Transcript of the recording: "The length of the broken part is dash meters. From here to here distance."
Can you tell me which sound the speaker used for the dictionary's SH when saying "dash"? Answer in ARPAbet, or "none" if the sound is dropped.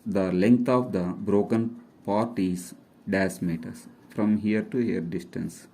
S